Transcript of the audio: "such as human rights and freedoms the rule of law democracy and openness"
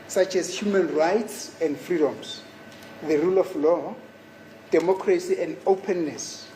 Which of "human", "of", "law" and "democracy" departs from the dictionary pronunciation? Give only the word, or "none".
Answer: of